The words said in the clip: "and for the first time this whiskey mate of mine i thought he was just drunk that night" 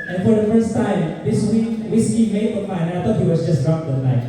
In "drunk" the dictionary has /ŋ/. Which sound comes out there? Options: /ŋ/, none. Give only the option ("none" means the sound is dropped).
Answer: none